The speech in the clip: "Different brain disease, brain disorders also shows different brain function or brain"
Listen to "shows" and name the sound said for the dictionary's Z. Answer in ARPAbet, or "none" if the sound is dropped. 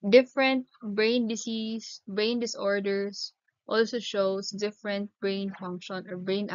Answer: S